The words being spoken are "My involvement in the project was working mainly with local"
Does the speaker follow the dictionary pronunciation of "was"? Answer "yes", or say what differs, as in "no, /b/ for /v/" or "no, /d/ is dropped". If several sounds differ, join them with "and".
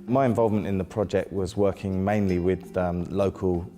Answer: yes